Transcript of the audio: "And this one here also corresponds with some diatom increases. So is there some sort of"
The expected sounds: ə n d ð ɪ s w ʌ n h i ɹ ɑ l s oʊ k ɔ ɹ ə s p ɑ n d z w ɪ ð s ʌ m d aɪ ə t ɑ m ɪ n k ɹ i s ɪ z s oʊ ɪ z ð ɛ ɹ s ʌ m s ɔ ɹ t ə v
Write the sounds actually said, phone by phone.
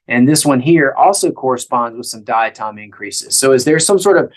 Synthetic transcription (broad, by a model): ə n ð ɪ s w ʌ n h i ɹ ɑ l s oʊ k ɔ ɹ ə s p ɑ n d z w ɪ ð s ʌ m d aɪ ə t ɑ m ɪ n k ɹ i s ɪ z s oʊ ɪ z ð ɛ ɹ s ʌ m s ɔ ɹ t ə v